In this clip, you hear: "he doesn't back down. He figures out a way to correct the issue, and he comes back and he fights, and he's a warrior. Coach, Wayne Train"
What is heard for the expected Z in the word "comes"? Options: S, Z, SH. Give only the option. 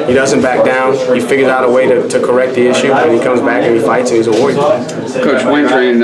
Z